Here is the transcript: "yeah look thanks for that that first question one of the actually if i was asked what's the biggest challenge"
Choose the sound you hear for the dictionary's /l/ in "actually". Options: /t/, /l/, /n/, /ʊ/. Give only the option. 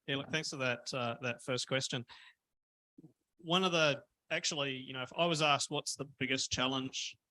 /n/